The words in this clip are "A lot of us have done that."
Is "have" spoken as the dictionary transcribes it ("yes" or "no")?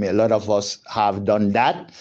yes